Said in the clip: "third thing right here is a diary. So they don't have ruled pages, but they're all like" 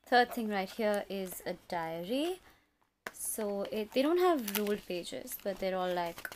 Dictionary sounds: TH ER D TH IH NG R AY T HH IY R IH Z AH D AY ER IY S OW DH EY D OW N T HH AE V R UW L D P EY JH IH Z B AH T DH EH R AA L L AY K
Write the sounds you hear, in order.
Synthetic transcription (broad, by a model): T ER D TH IH NG R AY T HH IY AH IH Z AH D AY ER IY S OW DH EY D OW N T HH AE V R UW L D P EY JH IH Z B AH T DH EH R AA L L AY K